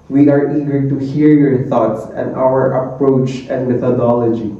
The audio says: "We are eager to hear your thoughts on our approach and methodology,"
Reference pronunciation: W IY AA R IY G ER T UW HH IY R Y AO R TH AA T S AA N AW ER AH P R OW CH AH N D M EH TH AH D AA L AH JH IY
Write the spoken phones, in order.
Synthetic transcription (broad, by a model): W IY AA R IY G ER T UW HH IY R Y AO R T AA T S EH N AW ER AH P R OW CH AH N D M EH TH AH D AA L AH JH IY